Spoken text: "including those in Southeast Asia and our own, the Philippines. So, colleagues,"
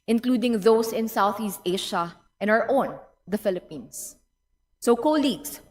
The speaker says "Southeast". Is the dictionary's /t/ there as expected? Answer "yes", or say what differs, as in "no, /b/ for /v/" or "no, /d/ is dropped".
yes